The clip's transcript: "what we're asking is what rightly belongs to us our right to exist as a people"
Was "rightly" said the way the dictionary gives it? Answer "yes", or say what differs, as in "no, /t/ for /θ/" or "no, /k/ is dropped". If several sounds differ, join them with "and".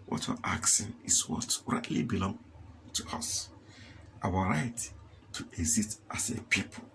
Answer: yes